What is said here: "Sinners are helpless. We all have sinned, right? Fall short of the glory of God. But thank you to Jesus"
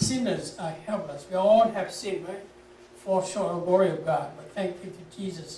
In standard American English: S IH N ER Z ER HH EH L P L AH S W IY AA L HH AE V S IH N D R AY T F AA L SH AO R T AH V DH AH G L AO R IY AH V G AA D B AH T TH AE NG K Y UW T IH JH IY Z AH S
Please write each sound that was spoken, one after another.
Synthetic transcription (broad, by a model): S IH N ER Z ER HH EH L P L AH S W IY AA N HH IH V S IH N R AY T F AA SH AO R AH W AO R IY AH V G AA D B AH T TH AE NG K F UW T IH JH IY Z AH S